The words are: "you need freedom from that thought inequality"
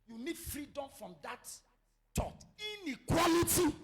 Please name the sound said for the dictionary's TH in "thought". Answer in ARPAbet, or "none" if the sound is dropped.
T